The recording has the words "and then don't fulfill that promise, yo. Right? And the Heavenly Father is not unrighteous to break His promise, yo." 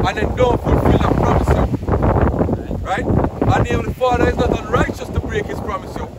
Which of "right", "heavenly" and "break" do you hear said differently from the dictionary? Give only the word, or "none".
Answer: heavenly